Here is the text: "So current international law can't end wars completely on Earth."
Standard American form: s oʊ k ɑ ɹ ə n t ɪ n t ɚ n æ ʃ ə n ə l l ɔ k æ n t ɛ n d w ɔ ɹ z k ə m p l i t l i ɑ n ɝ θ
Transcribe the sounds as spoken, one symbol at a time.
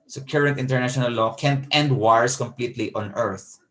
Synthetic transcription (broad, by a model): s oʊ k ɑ ɹ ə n t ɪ n t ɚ n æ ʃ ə n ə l l ɔ k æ n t ɛ n d w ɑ ɹ s k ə m p l i t l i ɑ n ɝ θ